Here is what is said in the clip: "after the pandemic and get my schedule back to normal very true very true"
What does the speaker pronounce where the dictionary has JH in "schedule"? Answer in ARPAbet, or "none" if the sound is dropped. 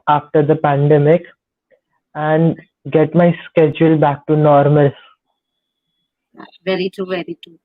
JH